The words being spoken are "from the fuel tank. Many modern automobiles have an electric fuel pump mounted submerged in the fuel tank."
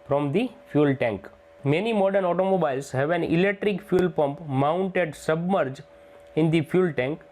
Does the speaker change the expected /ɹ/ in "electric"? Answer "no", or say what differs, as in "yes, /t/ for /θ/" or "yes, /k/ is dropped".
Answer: no